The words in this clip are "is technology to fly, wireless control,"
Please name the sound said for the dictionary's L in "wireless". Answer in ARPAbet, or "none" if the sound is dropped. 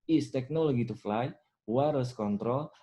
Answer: none